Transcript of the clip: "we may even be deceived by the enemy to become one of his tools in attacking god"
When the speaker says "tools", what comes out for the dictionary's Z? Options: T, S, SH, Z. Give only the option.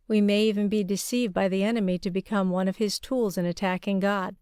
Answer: Z